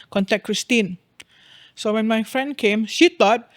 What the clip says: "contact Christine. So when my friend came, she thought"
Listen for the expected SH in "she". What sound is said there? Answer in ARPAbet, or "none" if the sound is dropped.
SH